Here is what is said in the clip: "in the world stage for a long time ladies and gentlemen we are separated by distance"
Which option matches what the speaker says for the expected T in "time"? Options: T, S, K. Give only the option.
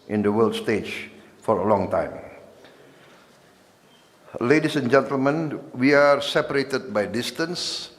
T